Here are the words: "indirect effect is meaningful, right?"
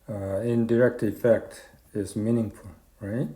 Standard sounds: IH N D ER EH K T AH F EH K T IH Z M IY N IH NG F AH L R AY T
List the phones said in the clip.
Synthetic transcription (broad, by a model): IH N D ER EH K T AH F EH K T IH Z M IY N IH NG F AH L R AY T